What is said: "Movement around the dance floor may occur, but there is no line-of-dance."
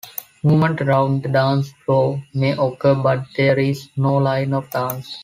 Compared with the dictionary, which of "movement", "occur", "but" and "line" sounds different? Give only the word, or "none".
movement